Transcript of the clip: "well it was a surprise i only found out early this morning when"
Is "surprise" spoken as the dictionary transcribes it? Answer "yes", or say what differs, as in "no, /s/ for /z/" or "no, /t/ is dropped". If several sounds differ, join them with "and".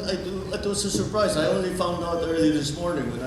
yes